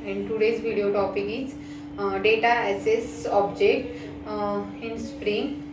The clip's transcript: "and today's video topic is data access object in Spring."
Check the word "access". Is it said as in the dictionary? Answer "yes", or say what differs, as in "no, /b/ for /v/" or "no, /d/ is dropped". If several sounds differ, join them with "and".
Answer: no, /k/ is dropped